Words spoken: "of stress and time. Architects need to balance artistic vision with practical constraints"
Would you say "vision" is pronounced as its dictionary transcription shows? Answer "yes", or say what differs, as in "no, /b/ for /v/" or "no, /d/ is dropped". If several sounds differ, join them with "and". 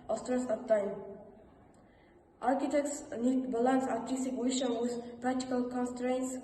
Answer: no, /ʃ/ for /ʒ/